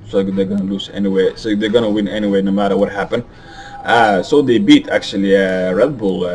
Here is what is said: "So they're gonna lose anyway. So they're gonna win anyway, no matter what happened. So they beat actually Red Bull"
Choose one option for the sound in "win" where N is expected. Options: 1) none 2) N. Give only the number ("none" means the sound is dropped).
2